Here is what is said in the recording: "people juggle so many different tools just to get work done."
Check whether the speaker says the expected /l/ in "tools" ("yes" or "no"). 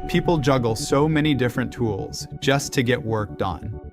yes